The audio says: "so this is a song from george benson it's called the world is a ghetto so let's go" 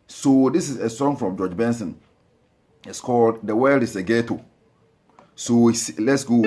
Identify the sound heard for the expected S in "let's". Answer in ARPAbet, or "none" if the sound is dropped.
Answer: S